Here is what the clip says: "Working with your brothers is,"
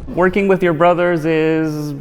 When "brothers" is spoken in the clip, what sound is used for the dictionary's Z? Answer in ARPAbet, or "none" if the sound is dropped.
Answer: Z